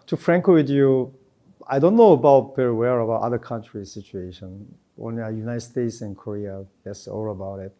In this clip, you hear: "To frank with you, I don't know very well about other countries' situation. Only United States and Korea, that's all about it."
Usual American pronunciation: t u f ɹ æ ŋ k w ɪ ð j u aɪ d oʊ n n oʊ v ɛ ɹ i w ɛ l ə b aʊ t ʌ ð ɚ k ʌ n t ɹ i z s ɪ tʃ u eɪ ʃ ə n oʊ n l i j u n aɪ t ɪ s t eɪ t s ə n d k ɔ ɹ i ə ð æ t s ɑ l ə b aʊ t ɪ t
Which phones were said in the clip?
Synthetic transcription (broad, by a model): t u f ɹ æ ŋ k w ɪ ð j u aɪ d oʊ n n oʊ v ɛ ɹ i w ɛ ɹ ə b aʊ t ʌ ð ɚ k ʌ n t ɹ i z s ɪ tʃ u eɪ ʃ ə n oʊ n i j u n aɪ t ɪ s t eɪ t s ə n k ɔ ɹ i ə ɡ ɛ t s ɑ l ə b aʊ t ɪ t